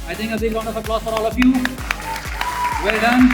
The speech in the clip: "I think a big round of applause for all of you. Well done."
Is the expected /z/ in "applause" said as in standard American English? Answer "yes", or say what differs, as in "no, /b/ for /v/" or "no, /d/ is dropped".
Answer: no, /s/ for /z/